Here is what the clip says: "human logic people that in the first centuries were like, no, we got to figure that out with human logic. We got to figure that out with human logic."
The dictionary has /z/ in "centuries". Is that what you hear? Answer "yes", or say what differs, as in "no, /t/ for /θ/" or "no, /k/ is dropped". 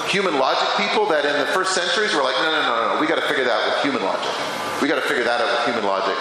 yes